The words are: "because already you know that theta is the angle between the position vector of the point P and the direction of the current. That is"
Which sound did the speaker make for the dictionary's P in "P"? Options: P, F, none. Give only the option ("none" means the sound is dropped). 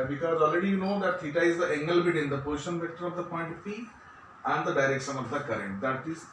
F